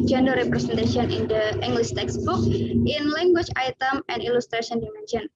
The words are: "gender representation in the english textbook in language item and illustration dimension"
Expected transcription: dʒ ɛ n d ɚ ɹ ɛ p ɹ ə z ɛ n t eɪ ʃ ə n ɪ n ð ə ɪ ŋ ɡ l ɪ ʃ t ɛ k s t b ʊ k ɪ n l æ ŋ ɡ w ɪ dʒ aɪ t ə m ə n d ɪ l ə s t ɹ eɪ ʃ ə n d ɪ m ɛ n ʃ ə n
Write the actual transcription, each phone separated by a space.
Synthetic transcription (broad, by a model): dʒ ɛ n d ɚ ɹ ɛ p ɹ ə s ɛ n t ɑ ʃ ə n ɪ n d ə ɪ ŋ ɡ l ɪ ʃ t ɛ k s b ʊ k ɪ n l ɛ ŋ ɡ w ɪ tʃ aɪ t ə m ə n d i l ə s t ɹ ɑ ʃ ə n d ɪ m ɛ n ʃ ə n